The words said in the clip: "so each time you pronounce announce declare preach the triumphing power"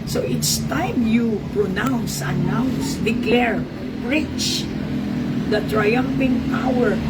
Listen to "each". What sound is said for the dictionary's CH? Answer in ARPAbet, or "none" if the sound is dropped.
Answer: S